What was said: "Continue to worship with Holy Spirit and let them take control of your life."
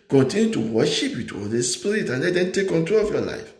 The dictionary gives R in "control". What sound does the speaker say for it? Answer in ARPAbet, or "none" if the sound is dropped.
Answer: R